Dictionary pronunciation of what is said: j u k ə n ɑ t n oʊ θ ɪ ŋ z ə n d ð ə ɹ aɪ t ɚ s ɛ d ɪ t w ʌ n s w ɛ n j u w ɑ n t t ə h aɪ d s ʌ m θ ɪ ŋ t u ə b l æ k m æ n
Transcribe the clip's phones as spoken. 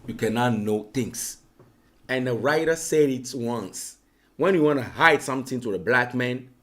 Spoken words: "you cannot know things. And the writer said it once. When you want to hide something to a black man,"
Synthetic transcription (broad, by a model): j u k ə n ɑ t n oʊ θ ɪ ŋ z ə n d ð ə ɹ aɪ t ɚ s ɛ d ɪ t w ʌ n s w ɛ n j u w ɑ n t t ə h aɪ d s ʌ m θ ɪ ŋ t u ə b l æ k m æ n